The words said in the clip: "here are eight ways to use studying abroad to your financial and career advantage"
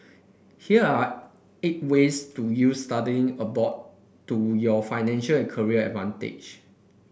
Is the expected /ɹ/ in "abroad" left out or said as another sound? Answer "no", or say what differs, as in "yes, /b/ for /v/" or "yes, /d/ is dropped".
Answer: yes, /ɹ/ is dropped